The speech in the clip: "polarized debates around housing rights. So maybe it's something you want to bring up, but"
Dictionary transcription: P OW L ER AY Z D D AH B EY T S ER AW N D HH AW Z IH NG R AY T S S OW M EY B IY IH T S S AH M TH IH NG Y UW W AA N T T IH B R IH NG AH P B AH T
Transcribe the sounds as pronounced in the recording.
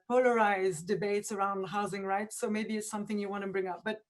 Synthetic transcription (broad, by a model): P OW L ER AY Z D D AH B EY T S ER AW N D HH AW Z IH NG R AY T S S OW M EY B IY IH T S S AH M TH IH NG Y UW W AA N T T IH B R IH NG AH P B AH T